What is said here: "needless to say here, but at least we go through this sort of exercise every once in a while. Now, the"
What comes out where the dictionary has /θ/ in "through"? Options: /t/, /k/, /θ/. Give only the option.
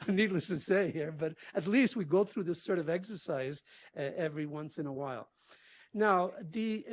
/θ/